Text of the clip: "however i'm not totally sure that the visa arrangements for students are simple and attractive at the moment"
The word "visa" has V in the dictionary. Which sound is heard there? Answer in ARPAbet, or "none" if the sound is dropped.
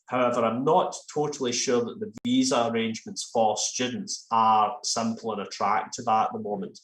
V